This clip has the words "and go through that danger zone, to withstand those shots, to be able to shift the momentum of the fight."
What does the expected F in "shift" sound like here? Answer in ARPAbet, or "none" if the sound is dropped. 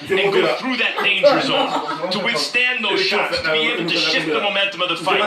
none